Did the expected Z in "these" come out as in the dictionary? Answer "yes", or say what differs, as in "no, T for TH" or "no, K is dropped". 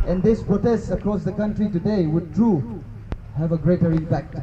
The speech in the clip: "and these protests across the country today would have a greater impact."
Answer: no, S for Z